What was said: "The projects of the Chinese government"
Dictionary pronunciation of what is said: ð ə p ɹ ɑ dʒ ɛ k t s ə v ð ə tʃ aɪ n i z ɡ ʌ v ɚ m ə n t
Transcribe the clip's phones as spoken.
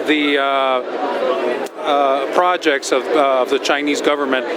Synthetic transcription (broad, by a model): ð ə p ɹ ɑ dʒ ɛ k t s ə v ð ə tʃ aɪ n i z ɡ ʌ v ɚ m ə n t